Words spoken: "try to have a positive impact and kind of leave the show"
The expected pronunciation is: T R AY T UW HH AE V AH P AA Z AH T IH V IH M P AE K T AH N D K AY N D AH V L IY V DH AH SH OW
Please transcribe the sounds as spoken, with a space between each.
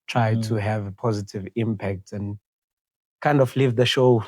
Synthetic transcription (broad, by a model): T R AY T UW HH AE V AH P AA Z AH T IH V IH M P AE K T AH N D K AY N D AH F L IY V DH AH SH OW